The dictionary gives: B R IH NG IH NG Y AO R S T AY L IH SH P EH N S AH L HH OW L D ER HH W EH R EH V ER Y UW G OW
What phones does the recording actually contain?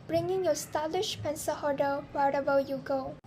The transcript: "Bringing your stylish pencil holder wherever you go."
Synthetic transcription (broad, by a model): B R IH NG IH NG Y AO S T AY L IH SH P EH N S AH HH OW D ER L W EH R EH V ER Y UW G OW